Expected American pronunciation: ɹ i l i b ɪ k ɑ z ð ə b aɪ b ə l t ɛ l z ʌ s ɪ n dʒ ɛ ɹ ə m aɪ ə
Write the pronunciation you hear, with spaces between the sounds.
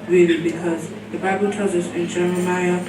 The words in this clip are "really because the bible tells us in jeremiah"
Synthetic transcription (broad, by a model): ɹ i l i b ɪ k ɑ z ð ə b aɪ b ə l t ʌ z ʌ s ɪ n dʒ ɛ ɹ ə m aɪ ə